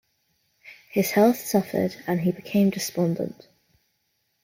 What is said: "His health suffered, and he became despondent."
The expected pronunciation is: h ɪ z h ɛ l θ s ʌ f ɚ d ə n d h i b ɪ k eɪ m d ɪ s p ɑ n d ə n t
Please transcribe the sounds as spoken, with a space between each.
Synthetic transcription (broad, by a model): h ɪ z h ɛ l θ s ʌ f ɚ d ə n i b ɪ k eɪ m d ɪ s p ɑ n d ə n t